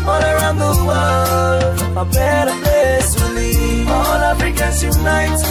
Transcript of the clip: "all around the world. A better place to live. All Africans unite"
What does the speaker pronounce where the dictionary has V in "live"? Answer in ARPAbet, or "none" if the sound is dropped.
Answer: none